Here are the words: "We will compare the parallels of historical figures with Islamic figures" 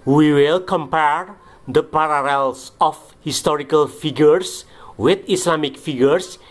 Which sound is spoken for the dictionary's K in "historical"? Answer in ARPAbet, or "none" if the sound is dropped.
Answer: K